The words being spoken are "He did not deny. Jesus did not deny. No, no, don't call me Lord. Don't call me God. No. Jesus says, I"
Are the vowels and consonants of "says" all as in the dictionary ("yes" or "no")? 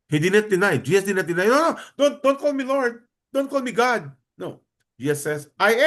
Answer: no